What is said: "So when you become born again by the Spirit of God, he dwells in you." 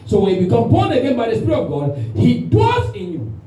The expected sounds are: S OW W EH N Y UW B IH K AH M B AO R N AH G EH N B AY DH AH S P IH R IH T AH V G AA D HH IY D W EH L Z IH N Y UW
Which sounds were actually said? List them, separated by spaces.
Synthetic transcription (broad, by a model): S OW W EH N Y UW B IH K AH M B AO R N AH G EH N B AY DH AH S P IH R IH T AH V G AA D HH IY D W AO Z IH N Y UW